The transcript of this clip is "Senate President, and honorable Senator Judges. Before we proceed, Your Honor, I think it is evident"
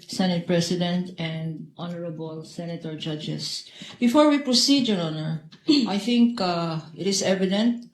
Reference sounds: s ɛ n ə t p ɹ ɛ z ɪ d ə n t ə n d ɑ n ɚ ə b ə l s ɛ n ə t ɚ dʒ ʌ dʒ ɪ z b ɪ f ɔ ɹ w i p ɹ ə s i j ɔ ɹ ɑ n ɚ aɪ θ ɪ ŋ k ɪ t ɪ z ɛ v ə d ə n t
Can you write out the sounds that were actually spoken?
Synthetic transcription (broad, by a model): s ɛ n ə t p ɹ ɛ s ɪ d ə n t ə n d ɑ n ɚ ə b ə l s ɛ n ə t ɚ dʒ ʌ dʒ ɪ s b ɪ f ɔ ɹ w i p ɹ ə s i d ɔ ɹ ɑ n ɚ aɪ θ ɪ ŋ k ɪ t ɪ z ɛ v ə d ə n t